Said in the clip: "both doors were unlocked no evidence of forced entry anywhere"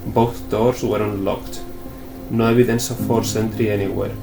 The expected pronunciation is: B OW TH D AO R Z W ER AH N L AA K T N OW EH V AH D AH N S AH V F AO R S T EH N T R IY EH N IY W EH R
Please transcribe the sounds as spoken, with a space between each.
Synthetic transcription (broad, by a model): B OW TH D AO R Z W ER AH N L AA K T N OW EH B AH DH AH N S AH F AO R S EH N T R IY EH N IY W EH R